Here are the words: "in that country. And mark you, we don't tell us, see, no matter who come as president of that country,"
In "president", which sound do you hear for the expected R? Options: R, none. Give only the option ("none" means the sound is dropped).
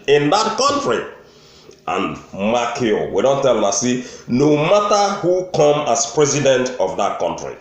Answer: R